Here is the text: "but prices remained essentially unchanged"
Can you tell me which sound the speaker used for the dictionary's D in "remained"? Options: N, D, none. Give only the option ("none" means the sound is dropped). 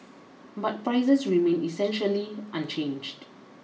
none